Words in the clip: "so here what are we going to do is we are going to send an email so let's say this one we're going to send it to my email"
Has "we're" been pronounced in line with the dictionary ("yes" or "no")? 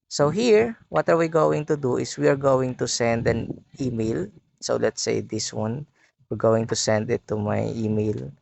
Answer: yes